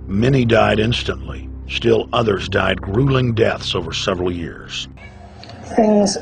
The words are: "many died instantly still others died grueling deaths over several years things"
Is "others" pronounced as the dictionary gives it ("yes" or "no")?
yes